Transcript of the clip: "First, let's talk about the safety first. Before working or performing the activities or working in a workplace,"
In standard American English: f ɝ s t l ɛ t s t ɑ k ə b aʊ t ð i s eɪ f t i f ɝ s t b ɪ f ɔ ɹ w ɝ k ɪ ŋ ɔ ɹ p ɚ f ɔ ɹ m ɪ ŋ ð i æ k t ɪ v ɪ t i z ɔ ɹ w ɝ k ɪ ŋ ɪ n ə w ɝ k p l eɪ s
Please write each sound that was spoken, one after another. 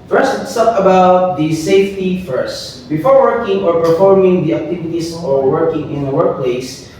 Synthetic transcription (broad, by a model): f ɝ s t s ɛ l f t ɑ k ə b aʊ t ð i s eɪ f t i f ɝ s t b ɪ f ɔ ɹ w ɝ k ɪ ŋ ɔ ɹ p ɚ f ɔ ɹ m ɪ ŋ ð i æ k t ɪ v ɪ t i s ɔ ɹ w ɝ k ɪ ŋ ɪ n ə w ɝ k p l eɪ s